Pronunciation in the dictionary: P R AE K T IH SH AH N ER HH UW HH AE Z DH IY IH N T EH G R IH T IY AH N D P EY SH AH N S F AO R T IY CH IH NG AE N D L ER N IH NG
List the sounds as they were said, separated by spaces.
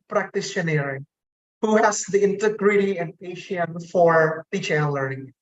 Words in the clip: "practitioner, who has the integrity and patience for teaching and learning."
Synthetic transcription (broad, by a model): P R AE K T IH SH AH N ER HH UW HH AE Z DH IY IH N T EH G R IH T IY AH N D P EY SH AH N F AO R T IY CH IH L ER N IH NG